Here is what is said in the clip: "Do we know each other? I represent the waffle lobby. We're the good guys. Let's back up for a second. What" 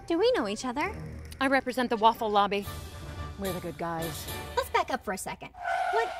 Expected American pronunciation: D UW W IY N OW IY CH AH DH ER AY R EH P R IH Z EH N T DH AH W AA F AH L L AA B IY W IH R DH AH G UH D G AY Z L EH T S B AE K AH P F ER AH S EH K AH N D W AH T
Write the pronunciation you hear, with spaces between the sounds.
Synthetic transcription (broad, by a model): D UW W IY N OW IY CH AH DH ER AY R EH P R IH Z EH N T DH AH W AA F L L AA B IY W IH R DH AH G UH D G AY Z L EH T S B AE K AH P F ER AH S EH K AH N D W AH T